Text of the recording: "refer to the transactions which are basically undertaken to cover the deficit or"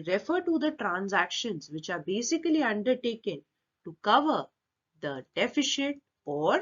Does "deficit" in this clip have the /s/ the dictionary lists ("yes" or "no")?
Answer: no